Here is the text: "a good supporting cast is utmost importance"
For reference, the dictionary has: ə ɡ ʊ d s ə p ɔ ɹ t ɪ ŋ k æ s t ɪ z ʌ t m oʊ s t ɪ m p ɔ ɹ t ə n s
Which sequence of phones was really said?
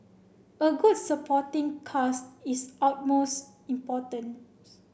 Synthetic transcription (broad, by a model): ə ɡ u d s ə p ɔ t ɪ ŋ k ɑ s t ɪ s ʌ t m oʊ s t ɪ m p ɔ t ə n